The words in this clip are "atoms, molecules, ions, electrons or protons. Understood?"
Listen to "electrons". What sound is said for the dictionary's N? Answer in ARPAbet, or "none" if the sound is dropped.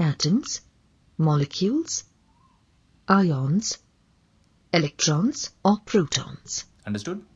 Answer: N